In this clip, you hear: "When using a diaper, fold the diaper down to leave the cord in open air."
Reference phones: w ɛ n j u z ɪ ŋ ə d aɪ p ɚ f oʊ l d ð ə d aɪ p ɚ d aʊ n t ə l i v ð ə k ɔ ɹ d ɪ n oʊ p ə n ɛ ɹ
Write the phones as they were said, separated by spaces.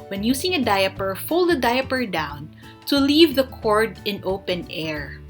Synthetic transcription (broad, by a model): w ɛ n j u s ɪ ŋ ə d aɪ p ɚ f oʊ l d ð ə d aɪ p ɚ d aʊ n t ə l i v ð ə k ɔ ɹ d ɪ n oʊ p ə n ɛ ɹ